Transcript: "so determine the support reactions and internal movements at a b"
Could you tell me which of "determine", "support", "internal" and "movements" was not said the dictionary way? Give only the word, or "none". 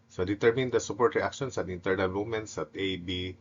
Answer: movements